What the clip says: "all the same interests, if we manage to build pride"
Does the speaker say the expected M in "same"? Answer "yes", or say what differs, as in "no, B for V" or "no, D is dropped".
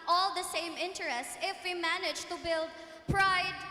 yes